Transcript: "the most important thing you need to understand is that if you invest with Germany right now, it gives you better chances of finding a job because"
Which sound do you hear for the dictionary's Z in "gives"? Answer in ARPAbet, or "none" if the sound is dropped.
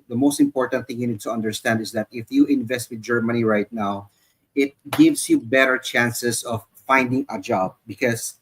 S